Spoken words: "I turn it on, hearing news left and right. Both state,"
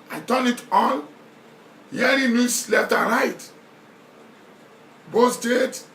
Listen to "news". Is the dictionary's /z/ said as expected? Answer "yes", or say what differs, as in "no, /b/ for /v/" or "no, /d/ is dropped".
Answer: no, /s/ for /z/